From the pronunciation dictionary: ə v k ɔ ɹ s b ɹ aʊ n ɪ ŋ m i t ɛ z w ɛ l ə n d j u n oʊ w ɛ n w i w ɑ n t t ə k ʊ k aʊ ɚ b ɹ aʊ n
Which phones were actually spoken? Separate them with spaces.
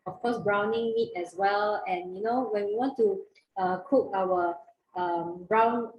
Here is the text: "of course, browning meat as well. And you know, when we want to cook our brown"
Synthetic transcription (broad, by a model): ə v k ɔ s b ɹ aʊ n ɪ ŋ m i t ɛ s w ɛ l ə n j u n oʊ w ɛ n w i w ɑ n t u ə k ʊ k aʊ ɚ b ɹ aʊ n